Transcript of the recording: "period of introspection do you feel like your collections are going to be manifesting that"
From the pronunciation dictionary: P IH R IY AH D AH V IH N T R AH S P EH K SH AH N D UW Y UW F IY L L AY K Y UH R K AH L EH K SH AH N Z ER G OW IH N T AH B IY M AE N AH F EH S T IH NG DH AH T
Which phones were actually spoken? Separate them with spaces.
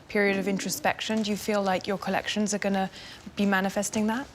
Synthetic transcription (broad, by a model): P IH R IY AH D AH V IH N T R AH S P EH K SH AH N D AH Y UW F IY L L AY K Y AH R K AH L EH K SH AH N Z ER G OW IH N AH B IY M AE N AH F EH S T IH NG DH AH T